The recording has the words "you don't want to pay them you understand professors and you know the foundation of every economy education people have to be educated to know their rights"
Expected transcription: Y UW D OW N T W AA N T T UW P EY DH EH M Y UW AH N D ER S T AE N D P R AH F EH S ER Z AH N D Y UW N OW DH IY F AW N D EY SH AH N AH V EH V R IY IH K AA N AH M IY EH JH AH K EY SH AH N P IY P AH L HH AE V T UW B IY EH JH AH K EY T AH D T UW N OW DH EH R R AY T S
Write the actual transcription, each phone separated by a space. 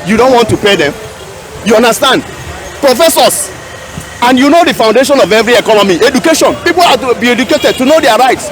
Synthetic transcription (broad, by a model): Y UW D OW N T W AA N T T UW P EY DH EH M Y UW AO N D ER S T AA N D P R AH F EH S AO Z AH N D Y UW N OW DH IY F AW N D EY SH AH N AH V EH V R IY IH K AA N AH M IY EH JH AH K EY SH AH N P IY P AH L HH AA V T UW B IY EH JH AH K EY T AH D T UW N OW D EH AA R AY T S